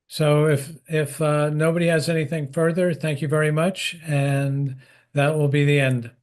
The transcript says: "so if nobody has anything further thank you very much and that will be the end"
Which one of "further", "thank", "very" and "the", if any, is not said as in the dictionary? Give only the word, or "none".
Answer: none